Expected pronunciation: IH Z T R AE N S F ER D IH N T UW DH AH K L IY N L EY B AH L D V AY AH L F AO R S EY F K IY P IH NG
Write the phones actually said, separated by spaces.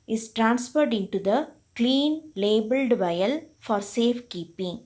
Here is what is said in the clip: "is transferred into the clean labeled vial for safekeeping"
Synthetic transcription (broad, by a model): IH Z T R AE N S F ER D IH N T UW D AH K L IY N L EY B AH L D V AY AH L F AO R S EY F K IY P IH NG